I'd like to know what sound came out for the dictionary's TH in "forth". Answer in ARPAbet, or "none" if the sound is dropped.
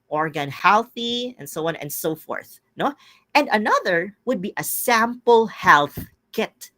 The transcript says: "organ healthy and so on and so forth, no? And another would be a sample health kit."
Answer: TH